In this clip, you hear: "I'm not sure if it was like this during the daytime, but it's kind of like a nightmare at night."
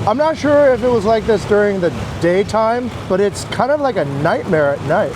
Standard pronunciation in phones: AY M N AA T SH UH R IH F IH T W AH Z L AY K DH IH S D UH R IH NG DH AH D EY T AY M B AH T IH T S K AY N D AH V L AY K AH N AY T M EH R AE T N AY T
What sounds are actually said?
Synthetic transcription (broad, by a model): AY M N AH T SH UH R IH F IH T W AH Z L AY K DH IH S D UH R IH NG DH AH D EY T AY M B AH T IH T S K AY N D AH V L AY K AH N AY T M EH R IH T N AY T